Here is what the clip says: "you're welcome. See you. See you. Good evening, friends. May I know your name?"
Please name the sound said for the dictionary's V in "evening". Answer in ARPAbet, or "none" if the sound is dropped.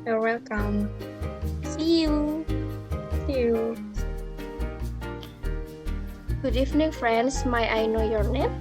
F